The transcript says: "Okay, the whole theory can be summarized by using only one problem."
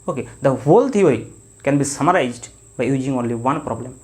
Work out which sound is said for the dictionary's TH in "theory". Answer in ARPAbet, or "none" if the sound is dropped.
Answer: T